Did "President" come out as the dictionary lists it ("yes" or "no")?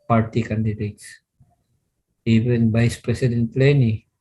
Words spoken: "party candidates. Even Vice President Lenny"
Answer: no